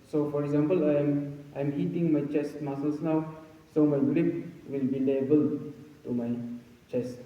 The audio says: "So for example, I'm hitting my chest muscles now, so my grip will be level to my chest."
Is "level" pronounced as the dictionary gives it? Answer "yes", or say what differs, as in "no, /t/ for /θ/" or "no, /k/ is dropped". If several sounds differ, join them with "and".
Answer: no, /b/ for /v/